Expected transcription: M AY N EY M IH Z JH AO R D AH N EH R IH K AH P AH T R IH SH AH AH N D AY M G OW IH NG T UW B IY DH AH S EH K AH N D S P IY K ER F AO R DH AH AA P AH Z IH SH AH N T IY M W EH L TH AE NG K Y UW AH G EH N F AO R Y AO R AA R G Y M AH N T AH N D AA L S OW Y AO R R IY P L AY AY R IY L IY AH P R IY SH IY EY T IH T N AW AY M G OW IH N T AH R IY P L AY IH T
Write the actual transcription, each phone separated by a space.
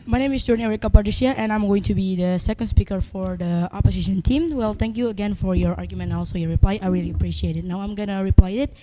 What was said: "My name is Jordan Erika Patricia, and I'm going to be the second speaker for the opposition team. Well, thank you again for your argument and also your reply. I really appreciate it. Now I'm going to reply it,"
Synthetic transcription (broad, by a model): M AY N EY M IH S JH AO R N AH EH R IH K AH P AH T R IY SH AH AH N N AY M G OW IH NG T UW B IY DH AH S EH K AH N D S P IY K ER F AO R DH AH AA P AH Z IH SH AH N T IY M W EH L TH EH NG K Y UW AH G EH N F AO R Y AO R AA R G Y AH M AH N AA L S OW Y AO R R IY P L AY AY R IY L IY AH P R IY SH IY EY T IH T N AW AY M G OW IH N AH R IY P L AY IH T